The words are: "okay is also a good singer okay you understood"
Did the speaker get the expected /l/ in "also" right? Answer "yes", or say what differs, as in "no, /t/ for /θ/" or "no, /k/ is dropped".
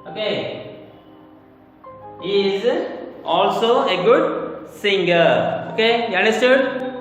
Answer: yes